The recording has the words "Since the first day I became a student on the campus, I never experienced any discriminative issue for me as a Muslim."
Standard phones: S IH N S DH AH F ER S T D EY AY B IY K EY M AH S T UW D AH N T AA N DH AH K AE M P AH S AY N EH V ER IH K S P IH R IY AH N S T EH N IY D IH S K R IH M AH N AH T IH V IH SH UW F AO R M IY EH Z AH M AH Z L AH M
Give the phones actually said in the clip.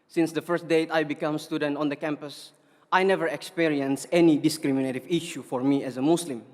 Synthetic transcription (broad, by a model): S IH N S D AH F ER S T D EY AY B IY K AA M S T UW D AH N T AA N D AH K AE M P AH S AY N EH V ER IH K S P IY R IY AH N S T EH N IY D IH S K R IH M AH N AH T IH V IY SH UW F AO R M IY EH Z AH M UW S L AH M